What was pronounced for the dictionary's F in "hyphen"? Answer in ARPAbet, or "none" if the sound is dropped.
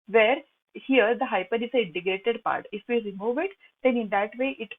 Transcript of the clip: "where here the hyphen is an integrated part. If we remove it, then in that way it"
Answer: P